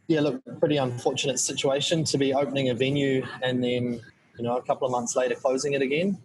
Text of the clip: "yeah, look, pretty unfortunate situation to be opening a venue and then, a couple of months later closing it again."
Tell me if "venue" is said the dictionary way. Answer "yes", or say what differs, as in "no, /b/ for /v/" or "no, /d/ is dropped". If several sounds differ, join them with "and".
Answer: yes